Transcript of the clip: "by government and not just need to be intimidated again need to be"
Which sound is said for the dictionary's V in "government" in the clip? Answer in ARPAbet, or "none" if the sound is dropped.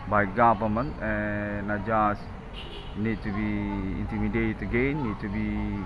P